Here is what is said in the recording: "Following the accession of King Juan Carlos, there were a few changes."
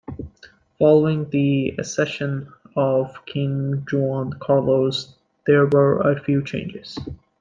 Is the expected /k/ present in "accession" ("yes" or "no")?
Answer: no